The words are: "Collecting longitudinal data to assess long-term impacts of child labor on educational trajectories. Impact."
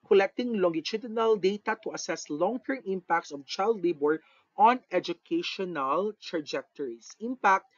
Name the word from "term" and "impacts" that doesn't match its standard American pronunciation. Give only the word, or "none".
none